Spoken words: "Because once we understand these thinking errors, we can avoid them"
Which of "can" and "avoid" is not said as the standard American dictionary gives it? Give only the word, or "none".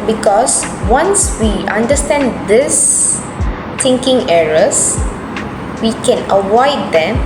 avoid